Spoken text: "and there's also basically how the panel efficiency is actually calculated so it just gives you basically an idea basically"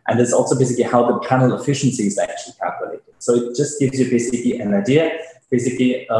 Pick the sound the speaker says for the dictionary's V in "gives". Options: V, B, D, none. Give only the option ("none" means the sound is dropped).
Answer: V